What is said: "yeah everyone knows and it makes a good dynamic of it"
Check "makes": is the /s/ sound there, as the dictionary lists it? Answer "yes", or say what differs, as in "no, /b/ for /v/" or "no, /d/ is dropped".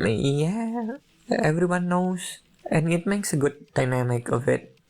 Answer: yes